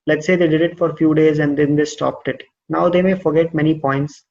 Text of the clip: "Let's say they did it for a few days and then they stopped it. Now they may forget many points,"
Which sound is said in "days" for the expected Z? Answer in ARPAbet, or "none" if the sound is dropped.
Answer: Z